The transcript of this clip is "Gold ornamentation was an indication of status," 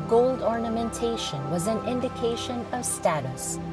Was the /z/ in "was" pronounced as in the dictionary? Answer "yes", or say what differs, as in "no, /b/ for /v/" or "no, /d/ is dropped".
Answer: yes